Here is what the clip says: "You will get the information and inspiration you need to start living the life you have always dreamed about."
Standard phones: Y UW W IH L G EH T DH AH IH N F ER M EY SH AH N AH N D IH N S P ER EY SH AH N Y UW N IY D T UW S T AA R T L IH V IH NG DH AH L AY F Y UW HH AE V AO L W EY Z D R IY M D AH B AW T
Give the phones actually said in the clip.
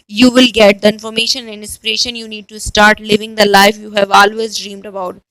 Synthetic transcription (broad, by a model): Y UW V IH L G EH T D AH IH N F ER M EY SH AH N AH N D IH N S P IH EY SH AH N Y UW N IY D T UW S T AA R T L IH V IH NG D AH L AY F Y UW HH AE V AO L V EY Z D R IY M D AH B AW T